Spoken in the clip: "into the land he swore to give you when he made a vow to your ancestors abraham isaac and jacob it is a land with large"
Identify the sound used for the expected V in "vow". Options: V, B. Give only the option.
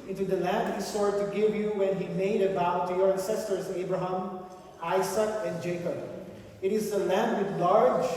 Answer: B